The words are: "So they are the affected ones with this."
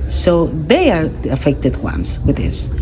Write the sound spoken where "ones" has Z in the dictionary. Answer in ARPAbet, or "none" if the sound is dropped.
S